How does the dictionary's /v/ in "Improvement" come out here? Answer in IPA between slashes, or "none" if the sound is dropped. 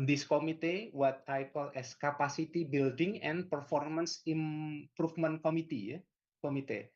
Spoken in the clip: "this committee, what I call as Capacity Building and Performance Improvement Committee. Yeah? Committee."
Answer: /f/